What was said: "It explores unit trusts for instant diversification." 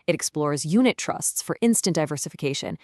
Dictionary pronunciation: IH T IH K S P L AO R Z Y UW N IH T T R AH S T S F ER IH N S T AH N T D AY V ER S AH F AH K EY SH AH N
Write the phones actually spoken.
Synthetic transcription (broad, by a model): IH T IH K S P L AO R Z Y UW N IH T T R AH S T S F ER IH N S T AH N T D AY V ER S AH F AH K EY SH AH N